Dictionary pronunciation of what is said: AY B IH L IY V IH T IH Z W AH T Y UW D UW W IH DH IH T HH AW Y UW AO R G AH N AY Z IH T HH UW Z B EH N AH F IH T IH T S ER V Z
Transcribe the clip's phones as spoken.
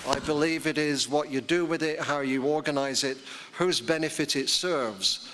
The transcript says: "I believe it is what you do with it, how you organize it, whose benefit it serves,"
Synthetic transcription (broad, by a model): AY B IH L IY V IH T IH Z W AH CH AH D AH W IH DH IH T HH AW Y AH AO R G AH N AY Z IH T HH UW Z B EH N AH F IH T IH T S ER V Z